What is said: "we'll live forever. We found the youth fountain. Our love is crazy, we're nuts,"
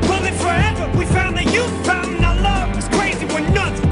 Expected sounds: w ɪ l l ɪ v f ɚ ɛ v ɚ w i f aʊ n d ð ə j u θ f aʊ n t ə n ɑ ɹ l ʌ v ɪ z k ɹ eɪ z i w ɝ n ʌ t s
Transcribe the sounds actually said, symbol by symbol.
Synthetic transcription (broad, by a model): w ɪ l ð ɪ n f ɚ ɛ v ɚ w i f aʊ n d ð ə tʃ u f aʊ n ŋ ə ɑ l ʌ w ɪ z k ɹ eɪ z i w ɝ n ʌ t